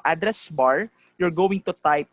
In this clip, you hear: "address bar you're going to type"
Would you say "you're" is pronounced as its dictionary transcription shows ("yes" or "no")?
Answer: yes